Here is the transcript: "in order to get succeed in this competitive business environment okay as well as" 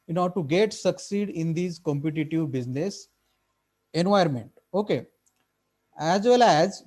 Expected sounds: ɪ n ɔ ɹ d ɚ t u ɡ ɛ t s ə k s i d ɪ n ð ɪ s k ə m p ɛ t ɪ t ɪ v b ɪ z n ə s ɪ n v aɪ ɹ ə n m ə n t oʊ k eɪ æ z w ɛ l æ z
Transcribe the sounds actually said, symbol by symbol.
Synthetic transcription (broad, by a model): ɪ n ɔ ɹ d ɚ t u ɡ ɛ t s ə k s i d ɪ n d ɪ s k ə m p ɛ t ɪ t ɪ v b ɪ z n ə s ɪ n v aɪ ə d m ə n t oʊ k eɪ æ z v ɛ l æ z